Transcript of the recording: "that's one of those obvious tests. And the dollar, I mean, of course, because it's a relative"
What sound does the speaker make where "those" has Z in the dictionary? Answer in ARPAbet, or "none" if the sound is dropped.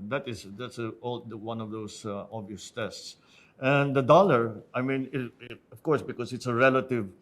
S